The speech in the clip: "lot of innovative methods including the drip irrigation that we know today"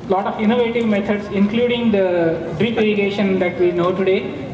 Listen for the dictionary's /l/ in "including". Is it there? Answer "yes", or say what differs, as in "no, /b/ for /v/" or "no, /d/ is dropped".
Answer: yes